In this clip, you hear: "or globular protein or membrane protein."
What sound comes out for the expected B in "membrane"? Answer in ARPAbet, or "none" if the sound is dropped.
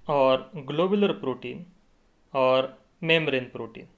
none